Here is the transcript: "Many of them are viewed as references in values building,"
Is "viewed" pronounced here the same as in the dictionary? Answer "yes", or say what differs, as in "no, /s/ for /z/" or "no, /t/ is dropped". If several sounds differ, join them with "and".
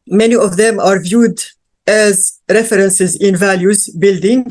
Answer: yes